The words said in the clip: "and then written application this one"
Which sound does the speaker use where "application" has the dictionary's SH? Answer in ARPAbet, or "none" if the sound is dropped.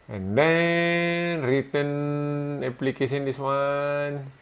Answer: S